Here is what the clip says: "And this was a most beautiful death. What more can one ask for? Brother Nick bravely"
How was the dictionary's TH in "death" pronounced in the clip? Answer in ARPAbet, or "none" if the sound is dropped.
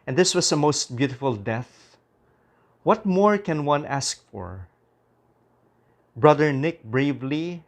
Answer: TH